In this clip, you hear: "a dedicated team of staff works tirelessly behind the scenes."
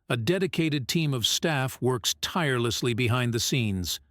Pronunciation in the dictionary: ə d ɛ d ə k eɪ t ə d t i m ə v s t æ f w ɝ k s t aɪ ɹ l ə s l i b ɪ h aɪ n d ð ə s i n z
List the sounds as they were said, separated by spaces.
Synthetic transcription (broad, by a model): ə d ɛ d ə k eɪ t ə d t i m ə v s t æ f w ɝ k s t aɪ ɹ l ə s l i b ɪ h aɪ n ð ə s i n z